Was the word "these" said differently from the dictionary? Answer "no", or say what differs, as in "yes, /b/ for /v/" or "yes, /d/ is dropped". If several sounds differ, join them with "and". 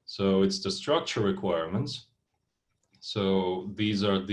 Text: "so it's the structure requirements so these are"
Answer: no